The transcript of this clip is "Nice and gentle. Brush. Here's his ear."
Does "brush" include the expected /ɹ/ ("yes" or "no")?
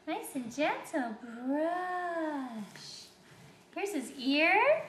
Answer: yes